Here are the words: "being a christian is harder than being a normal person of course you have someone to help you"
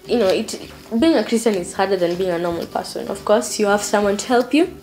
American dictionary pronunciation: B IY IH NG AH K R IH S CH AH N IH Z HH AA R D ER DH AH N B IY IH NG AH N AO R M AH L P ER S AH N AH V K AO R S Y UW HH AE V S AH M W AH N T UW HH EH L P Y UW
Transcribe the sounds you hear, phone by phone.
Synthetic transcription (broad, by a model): B IY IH NG AH K R IH S CH AH N IH Z HH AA R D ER DH AH N B IY IH NG AH N AO R M AH L P ER S AH N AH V K AO R S Y UW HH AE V S AH M W AH N T UW HH EH L P Y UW